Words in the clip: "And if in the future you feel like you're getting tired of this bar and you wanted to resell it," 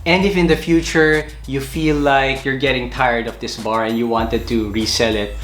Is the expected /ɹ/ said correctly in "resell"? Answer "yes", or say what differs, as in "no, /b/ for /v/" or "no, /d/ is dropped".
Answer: yes